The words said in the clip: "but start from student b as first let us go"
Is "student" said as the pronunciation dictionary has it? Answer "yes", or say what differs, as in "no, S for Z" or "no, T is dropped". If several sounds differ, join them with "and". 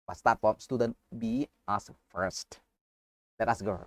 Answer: yes